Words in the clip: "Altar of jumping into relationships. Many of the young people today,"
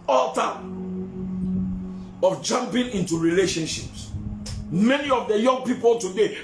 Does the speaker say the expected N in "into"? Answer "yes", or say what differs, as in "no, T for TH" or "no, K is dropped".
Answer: yes